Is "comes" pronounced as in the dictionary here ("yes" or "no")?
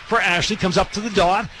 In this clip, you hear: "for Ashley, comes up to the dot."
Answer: yes